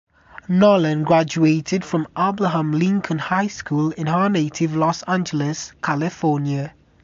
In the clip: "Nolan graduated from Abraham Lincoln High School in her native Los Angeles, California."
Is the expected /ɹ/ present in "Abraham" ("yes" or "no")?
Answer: no